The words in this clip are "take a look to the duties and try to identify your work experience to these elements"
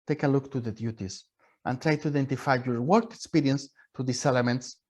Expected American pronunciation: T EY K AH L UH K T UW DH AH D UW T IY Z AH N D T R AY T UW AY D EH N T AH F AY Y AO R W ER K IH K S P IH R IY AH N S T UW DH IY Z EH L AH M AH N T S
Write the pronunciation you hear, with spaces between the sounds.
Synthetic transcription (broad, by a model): T EY K AH L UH K T UW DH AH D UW T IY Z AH N T R AY T UW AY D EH N T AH F AY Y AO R W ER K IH K S P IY R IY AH N S T UW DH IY S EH L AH M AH N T S